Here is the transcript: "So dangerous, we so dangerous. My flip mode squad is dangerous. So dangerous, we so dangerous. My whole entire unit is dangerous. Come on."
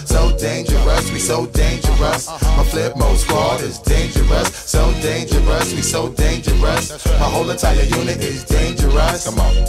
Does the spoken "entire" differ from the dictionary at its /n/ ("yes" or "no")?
no